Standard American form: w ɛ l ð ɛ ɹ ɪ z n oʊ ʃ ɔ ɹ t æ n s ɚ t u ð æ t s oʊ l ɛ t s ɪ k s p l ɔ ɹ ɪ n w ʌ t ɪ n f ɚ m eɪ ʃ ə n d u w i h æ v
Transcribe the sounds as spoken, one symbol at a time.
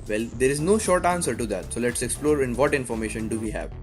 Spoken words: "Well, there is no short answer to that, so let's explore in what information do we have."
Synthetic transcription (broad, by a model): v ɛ l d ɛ ɹ ɪ z n oʊ ʃ ɔ ɹ t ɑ n s ɚ t u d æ t s oʊ l ɛ t s ɪ k s p l ɔ ɹ ɪ n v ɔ t ɪ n f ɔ m eɪ ʃ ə n d u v i h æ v